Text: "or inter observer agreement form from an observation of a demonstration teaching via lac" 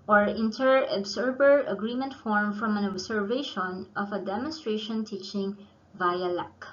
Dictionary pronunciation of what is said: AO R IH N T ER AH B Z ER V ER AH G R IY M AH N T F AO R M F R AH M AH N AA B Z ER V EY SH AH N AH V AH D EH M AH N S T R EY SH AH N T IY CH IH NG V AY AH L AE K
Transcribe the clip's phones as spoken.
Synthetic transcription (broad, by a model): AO R IH N T ER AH B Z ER B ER AH G R IY M AH N T F AO R M F R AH M AH N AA B S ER V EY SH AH N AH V AH D EH M AH N S T R EY SH AH N T IY CH IH NG V AY AH L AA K